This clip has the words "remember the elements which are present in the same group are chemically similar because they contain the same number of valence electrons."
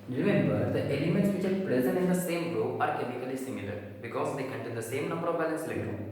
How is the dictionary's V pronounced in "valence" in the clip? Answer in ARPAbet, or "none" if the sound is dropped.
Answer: B